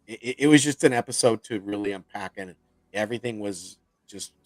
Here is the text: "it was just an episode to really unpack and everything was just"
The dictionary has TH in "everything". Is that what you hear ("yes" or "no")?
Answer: yes